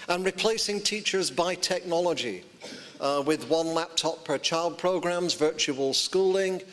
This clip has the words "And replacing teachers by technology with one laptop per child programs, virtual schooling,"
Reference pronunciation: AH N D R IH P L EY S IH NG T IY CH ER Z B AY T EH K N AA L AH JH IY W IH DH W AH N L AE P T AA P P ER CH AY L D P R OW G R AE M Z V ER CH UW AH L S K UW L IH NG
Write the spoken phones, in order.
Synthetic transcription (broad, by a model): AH N R IH P L EY S IH NG T IY CH ER Z B AY T EH K N AA L AH JH IY W IH DH W AH N L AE P T AA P P ER CH AY L D P R OW G R AE M Z V ER CH UW AH L S K UW L IH NG